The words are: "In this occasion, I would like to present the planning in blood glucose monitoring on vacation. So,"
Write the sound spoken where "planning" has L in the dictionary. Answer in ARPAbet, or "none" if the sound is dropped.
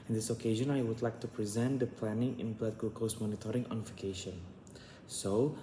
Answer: L